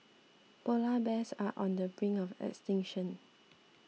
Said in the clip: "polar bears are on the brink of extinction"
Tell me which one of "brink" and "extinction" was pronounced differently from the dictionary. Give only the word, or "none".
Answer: brink